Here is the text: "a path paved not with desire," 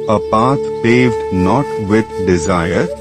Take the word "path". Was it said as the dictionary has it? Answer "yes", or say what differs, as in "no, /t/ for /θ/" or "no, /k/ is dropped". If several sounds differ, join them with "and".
no, /t/ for /θ/